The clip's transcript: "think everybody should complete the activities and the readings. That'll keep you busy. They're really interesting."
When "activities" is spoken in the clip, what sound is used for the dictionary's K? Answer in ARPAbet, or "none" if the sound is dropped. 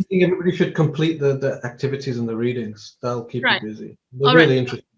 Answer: K